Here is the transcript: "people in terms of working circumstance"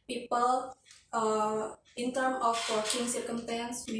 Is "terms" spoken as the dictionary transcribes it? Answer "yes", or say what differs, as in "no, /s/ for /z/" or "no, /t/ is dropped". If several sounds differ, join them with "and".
no, /z/ is dropped